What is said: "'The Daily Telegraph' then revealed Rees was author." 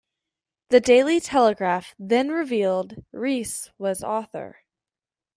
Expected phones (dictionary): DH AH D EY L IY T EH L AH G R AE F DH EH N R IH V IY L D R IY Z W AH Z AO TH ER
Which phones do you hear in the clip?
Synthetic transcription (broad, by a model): DH AH D EY L IY T EH L AH G R AE F DH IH N R IH V IY L D R IY S W AH Z AO TH ER